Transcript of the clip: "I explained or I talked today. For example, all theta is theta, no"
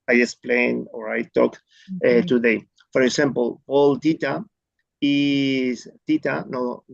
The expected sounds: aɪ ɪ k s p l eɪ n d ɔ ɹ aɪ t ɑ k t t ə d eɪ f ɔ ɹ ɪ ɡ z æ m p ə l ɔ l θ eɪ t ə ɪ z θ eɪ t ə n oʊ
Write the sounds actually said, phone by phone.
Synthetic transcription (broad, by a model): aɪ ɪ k s p l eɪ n ɔ ɹ aɪ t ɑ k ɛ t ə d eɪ f ɔ ɹ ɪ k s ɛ m p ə l ɔ l t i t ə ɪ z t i t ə n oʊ